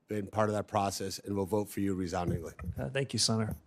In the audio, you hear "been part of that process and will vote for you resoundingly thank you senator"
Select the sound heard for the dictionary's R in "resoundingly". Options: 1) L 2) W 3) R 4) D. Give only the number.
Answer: 3